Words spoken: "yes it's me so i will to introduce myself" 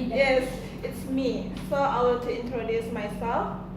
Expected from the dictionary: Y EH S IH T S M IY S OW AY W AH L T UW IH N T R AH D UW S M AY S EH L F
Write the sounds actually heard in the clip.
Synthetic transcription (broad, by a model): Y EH S IH T S M IY S OW AY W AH N T UW IH N T R AH D UW S M AY S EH L F